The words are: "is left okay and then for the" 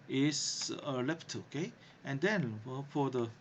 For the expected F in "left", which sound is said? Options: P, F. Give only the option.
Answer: P